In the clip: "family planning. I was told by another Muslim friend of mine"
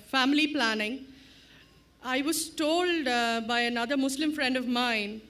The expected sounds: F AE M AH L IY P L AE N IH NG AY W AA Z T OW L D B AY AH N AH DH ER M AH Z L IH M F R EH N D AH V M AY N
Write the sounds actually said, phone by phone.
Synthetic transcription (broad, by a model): F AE M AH L IY P L AE N IH NG AY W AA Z T OW L D B AY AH N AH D ER M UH S L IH M F R EH N D AH V M AY N